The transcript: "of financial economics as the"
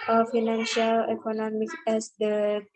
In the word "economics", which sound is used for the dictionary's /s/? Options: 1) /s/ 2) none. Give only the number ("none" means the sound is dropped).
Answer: 2